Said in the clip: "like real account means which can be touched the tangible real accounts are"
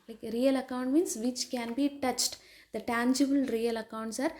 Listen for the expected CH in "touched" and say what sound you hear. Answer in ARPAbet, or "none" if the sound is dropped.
CH